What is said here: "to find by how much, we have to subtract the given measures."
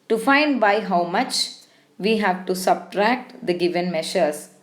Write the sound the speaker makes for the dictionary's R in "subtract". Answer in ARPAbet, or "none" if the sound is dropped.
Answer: R